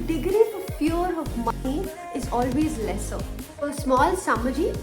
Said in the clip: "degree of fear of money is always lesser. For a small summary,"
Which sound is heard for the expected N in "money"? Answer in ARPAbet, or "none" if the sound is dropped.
none